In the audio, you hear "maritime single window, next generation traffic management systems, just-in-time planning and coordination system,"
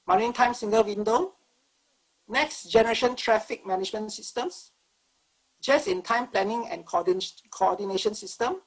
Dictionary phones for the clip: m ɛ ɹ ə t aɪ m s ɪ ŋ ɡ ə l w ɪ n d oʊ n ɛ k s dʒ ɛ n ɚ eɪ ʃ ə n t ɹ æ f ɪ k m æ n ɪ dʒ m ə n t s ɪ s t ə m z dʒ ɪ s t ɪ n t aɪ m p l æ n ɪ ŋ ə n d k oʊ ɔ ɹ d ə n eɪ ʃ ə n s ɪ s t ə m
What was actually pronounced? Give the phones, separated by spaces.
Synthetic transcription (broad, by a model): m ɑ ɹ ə t aɪ m s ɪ ŋ ɡ ə l w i n d oʊ n ɛ k s dʒ ɛ n ɚ eɪ ʃ ə n t ɹ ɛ f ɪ k m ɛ n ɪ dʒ m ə n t s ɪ s t ə m s dʒ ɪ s ɪ n t aɪ m p l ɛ n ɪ ŋ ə n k k oʊ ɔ d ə n eɪ ʃ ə n s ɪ s t ə m